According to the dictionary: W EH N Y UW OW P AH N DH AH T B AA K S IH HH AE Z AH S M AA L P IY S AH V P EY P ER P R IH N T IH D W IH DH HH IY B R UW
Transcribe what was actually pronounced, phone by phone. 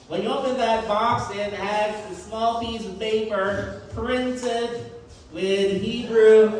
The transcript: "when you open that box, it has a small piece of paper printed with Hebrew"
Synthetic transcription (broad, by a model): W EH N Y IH OW P AH N DH AH T B AA K S IH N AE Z AH S M AA L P IY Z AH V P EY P ER P R IH N T IH D W IH DH HH IY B R UW